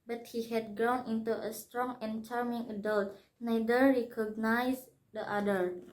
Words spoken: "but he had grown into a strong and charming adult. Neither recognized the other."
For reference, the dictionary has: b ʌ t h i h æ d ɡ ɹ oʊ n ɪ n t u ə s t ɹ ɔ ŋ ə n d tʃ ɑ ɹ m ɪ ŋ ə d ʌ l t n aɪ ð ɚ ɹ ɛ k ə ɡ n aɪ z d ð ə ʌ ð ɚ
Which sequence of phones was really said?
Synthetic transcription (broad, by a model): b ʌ t h i h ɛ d ɡ ɹ oʊ n ɪ n t u ə s t ɹ ɔ ŋ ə n tʃ ɑ ɹ m ɪ ŋ ə d ʌ l t n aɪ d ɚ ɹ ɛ k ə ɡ n aɪ s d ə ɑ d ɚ